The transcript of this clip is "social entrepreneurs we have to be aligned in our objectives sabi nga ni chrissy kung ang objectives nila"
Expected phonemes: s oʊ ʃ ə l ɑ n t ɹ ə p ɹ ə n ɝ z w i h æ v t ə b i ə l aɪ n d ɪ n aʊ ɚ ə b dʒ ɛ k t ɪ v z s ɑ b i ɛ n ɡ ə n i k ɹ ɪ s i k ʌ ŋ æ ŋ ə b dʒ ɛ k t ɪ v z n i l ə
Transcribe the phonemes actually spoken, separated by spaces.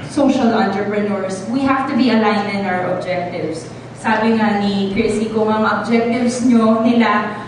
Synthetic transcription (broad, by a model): s oʊ ʃ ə l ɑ n t ɹ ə p ɹ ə n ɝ s w i h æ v t ə b i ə l aɪ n ɪ n aʊ ɚ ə b dʒ ɛ k t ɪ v s ɑ b i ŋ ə n i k ɹ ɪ s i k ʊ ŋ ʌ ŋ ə b dʒ ɛ k t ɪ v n n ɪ l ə